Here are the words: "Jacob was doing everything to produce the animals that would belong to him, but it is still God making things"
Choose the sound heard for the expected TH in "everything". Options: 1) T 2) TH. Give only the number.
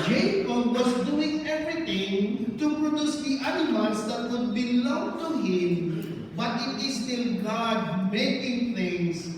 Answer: 1